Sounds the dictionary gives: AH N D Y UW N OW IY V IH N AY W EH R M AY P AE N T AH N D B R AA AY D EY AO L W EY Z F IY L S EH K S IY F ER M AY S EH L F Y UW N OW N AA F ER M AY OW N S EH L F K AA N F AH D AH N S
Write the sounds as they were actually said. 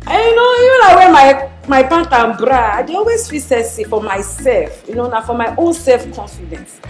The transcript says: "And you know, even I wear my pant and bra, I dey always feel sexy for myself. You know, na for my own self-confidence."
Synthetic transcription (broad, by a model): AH Y UW N OW IY V IH N AY W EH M M AY B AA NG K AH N B R AA AY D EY AO L W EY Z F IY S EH S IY F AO M AY S EH L F Y UW N OW N AA F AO M AY OW N S EH L F K AA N F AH D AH N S